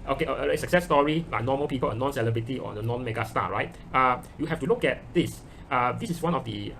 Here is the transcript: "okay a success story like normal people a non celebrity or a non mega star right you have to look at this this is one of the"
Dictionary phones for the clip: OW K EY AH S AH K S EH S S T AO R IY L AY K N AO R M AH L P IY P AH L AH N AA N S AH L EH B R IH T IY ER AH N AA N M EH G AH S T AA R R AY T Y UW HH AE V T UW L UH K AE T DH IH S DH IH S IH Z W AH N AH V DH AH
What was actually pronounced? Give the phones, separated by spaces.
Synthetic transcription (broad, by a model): OW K EY AH S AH K S EH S S T AO R IY L AY K N AO M AH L P IY P AH L AH N AA N S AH L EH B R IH T IY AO AH N AA N M EH G AH S T AA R R AY T Y UW HH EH F T UW L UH K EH T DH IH S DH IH S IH S W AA N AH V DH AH